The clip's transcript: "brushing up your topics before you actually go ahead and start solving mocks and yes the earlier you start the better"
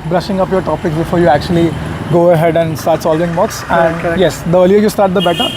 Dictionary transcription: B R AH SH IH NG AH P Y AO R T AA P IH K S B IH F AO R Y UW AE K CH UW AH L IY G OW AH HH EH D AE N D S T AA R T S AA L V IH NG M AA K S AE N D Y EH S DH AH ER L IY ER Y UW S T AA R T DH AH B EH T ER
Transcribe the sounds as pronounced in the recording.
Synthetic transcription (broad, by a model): B R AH SH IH NG AH P Y AO R T AA P IH K S B IH F AO R Y UW AE K CH UW AH L IY G OW AH HH EH D AE N D S T AA R T S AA L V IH NG M AA K S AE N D Y EH S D AH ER L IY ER Y UW S T AA R T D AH B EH T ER